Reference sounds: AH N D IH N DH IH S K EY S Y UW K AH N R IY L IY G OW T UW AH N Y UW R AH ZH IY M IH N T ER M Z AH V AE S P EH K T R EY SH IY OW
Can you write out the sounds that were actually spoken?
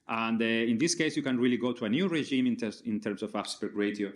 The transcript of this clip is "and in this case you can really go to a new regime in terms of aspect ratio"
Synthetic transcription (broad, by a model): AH N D IH N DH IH S K EY S Y UW K AH N R IY L IY G OW T UW AH N Y UW R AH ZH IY M IH N T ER M S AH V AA S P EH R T R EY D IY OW